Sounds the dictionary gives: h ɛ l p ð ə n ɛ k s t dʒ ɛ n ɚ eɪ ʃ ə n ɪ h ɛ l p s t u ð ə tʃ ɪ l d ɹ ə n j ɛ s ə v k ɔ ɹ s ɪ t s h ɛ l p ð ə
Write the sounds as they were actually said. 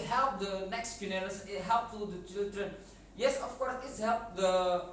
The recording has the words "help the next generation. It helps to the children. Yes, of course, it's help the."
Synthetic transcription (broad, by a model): h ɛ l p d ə n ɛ k s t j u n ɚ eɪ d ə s ɪ h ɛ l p t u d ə tʃ ɪ l d ɹ ə n j ɛ s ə f k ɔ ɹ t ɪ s h ɛ l p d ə